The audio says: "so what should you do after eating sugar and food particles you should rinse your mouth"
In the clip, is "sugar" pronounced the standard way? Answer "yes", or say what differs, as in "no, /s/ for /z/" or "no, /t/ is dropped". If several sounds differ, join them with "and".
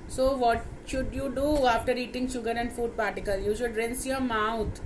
yes